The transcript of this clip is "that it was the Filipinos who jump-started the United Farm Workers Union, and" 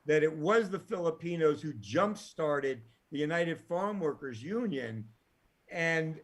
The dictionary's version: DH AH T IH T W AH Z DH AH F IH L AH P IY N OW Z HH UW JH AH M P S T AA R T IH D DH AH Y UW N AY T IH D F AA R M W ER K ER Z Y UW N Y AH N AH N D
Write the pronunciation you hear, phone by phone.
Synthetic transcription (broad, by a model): DH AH T IH T W AH Z DH AH F IH L AH P IY N OW Z HH UW JH AH M P S T AA R T IH D DH AH Y UW N AY T IH D F AA R M W ER K ER Z Y UW N Y AH N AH N